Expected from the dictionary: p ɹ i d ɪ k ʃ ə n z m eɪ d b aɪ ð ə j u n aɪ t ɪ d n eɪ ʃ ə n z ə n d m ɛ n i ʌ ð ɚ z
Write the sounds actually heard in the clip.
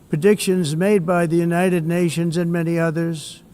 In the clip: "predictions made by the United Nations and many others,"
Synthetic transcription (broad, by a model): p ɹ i d ɪ k ʃ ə n z m eɪ d b aɪ ð ə j u n aɪ t ɪ d n eɪ ʃ ə n z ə n m ɛ n i ʌ ð ɚ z